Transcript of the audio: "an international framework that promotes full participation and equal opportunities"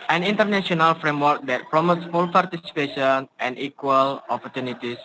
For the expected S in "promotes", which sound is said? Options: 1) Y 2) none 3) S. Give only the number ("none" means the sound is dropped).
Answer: 3